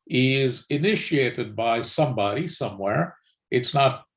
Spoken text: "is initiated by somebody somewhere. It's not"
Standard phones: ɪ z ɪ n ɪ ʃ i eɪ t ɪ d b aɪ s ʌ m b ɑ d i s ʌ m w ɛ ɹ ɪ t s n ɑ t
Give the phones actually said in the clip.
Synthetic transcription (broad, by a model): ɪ z ɪ n ɪ ʃ i eɪ t ɪ d b aɪ s ʌ m b ɑ d i s ʌ m w ɛ ɹ ɪ t s n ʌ t